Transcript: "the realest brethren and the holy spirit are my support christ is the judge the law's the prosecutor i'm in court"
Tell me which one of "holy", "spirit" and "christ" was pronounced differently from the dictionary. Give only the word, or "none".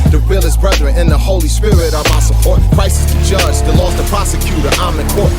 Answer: christ